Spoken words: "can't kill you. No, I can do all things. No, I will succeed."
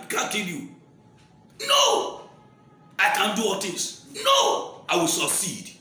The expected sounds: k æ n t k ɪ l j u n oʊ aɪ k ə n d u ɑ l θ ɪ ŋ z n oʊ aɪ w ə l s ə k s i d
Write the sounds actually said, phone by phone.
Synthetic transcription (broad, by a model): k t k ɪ n j u n oʊ aɪ k ə n d u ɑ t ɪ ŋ s n oʊ aɪ w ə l s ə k s i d